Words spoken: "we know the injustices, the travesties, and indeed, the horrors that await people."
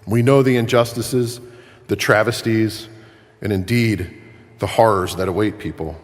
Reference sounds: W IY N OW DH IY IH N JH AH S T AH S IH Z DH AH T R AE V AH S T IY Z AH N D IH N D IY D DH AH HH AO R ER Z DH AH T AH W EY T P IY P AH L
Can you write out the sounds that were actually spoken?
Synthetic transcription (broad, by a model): W IY N OW DH IY IH N JH AH S T AH S IH Z DH AH T R AE V AH S T IY Z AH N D IH N D IY D DH AH HH AO R ER Z DH AH T AH W EY T P IY P L